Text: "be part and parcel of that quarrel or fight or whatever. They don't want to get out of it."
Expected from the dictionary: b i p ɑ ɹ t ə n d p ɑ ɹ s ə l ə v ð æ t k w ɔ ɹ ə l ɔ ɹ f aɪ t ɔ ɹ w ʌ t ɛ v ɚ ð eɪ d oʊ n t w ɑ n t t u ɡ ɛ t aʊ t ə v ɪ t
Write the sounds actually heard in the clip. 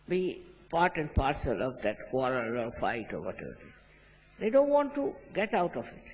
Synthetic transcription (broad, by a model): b i p ɑ ɹ t ə n d p ɑ ɹ s ə l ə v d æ t k w ɔ ɹ ə l ɔ ɹ f aɪ t ɔ ɹ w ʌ t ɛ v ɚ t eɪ d oʊ n t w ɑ n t t u ɡ ɛ t aʊ t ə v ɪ t